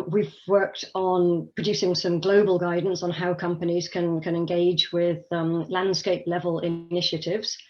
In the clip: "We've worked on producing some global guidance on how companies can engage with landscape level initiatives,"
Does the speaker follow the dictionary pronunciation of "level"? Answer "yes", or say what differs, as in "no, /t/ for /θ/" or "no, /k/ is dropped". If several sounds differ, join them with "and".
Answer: yes